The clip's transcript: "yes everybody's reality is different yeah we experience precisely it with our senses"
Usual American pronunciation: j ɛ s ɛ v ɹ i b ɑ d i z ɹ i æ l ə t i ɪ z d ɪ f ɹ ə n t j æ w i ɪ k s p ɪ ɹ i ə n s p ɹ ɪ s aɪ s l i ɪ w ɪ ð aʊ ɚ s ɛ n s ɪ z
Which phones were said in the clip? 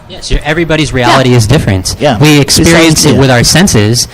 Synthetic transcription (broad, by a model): j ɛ s ɛ v ɹ i b ɑ d i z ɹ i æ l ə t i ɪ z d ɪ f ɹ ə n t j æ w i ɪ k s p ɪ ɹ i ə n s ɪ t w ɪ ð aʊ ɚ s ɛ n s ɪ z